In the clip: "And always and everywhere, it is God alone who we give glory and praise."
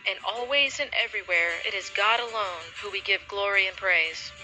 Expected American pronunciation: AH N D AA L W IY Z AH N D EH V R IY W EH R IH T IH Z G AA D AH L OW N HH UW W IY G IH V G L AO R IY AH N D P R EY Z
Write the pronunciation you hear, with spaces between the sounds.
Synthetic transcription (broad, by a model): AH N AA L W IY Z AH N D EH V R IY W EH R IH T IH Z G AA D AH L OW N HH UW W IY G IH V G L AO R IY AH N P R EY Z